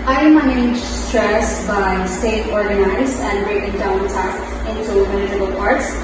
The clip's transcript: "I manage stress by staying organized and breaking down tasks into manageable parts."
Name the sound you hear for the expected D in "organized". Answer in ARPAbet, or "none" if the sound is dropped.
none